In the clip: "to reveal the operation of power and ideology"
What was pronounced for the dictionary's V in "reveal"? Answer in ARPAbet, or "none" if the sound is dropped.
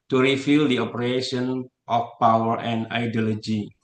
F